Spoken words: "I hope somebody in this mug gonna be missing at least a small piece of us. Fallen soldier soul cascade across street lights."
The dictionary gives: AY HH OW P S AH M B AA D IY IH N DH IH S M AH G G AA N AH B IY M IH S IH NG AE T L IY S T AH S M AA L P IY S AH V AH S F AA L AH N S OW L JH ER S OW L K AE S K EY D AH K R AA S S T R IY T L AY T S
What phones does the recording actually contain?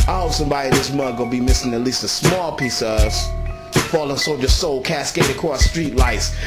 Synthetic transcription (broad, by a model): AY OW S AH M B AA D IY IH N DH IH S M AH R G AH B IY M IH S IH NG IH T L IY S T AH S M AA L P IY S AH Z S F AA L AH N S OW JH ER S OW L K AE S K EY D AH K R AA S S T R IY T L AY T S